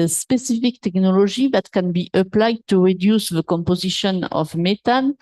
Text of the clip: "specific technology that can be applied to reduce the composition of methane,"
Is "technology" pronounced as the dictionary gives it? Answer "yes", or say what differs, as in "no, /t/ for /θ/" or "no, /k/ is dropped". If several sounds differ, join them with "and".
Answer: no, /ʒ/ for /dʒ/